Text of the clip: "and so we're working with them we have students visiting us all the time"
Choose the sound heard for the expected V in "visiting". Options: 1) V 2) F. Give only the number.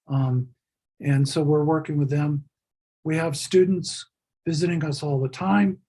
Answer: 1